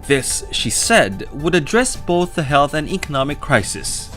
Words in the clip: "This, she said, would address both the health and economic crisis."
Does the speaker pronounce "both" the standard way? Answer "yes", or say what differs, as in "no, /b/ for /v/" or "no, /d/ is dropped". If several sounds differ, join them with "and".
yes